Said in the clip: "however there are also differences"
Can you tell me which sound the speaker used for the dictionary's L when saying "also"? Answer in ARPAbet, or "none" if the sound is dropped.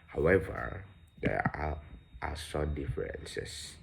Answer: none